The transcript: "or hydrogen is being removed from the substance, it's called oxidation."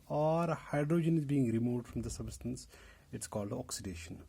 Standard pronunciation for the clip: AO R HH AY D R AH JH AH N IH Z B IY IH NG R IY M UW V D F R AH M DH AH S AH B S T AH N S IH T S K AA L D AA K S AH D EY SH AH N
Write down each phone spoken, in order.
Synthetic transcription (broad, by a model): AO R HH AY D R AH JH AH N IH Z B IY IH NG R IY M UW V D F R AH M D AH S AH B S T AH N S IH T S K AA L D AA K S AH D EY SH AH N